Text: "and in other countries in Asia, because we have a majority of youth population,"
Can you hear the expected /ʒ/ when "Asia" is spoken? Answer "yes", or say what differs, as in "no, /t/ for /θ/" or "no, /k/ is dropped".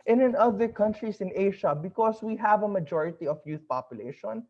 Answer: no, /ʃ/ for /ʒ/